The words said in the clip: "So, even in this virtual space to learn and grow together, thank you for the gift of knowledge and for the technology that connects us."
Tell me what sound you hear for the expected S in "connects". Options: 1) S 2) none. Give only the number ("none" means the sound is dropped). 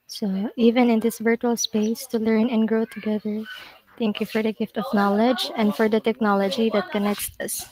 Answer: 1